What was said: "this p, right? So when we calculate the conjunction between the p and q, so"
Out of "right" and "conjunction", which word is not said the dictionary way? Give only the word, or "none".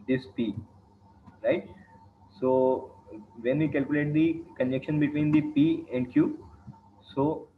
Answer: conjunction